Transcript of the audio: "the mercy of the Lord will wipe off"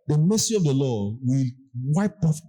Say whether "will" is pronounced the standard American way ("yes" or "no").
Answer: yes